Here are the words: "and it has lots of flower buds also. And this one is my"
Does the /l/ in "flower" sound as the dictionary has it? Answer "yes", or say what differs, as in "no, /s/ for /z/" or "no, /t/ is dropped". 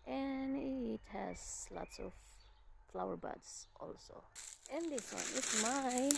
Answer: yes